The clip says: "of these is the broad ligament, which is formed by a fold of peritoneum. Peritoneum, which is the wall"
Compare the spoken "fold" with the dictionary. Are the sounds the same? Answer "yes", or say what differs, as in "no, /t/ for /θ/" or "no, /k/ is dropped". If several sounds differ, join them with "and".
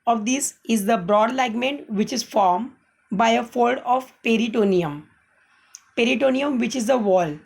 yes